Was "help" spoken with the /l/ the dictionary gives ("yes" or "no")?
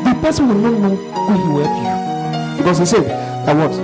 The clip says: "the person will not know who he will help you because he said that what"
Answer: no